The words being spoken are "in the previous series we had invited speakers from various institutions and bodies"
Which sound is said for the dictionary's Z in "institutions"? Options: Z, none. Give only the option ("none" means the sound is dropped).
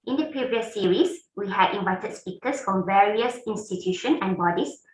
none